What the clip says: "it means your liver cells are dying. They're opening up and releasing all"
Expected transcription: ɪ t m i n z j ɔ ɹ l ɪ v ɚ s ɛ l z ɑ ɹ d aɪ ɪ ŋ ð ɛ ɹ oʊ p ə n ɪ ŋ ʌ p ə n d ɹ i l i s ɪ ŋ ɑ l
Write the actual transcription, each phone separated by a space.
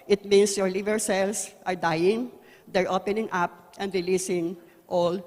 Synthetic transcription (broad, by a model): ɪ t m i n s j ɔ ɹ l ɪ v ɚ s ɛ l s ɑ ɹ d aɪ ɪ ŋ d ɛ ɹ oʊ p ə n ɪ ŋ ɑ p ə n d ɹ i l i s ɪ ŋ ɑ l